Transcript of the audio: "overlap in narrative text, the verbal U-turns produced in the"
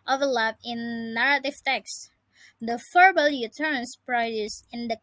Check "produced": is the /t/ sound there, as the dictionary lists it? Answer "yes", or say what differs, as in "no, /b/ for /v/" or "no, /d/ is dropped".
no, /t/ is dropped